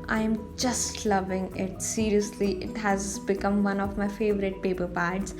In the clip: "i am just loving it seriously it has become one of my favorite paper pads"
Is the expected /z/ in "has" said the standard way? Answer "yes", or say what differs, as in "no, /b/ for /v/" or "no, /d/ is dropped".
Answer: yes